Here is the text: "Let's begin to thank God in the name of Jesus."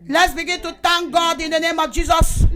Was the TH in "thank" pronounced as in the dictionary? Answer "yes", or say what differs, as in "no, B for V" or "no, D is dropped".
no, T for TH